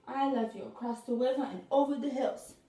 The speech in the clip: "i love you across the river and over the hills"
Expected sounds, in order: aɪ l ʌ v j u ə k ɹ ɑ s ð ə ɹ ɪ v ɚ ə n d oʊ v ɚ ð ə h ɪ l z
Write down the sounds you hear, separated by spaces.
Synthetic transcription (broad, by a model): aɪ l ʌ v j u ə k ɹ ɑ s ð ə w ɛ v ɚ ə n oʊ v ɚ ð ə h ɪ l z